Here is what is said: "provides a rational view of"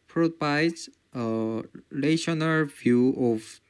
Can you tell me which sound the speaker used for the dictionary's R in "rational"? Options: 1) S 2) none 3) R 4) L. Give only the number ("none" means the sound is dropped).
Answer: 4